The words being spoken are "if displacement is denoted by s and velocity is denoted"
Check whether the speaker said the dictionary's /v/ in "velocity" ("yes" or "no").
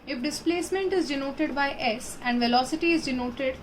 yes